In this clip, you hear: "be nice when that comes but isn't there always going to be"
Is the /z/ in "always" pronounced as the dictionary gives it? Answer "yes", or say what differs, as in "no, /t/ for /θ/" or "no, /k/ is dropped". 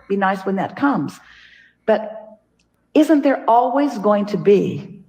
yes